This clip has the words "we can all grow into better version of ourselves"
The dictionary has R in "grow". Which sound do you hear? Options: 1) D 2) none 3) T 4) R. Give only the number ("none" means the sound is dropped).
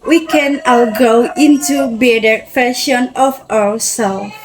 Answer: 2